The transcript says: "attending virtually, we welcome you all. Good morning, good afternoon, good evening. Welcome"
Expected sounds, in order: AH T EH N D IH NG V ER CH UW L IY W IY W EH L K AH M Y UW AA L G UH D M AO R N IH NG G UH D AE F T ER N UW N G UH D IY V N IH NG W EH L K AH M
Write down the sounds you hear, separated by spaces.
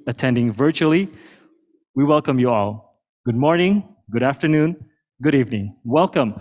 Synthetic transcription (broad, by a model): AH T EH N D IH NG V ER CH UW L IY W IY W EH L K AH M Y UW AA L G UH D M AO R N IH NG G UH D AE F T ER N UW N G UH D IY V N IH NG W EH L K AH M